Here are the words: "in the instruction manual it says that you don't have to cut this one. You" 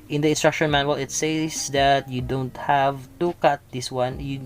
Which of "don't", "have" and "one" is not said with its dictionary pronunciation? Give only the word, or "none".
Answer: none